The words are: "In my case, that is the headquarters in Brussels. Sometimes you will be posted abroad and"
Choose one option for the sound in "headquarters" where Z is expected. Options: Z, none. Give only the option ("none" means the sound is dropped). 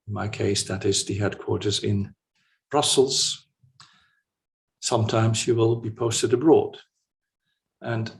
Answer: Z